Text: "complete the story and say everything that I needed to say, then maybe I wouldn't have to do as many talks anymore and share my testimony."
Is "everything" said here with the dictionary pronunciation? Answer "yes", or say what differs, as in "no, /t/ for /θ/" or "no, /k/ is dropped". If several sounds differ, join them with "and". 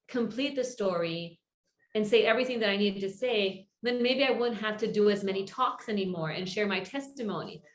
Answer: yes